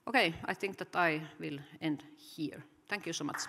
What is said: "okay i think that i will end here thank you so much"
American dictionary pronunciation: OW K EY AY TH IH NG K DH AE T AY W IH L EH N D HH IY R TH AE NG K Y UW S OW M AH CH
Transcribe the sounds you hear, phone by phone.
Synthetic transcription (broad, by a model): OW K EY AY TH IH NG K DH AE T AY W IH L EH N D HH IY R T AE NG K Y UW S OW M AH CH